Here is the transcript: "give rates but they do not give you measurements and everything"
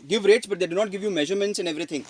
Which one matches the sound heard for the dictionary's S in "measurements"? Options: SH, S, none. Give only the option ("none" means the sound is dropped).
S